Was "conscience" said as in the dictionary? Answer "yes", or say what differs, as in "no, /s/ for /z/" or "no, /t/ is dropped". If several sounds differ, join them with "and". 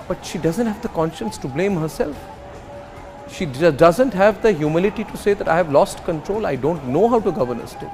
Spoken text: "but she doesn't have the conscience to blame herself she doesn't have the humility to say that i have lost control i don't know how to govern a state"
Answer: yes